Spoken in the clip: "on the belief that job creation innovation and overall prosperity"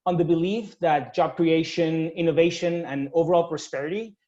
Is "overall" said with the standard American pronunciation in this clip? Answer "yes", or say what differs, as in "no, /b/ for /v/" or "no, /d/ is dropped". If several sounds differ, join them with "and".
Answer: yes